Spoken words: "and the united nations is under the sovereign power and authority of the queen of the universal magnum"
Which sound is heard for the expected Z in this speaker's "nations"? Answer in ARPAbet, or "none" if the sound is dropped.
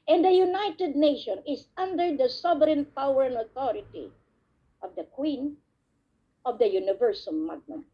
none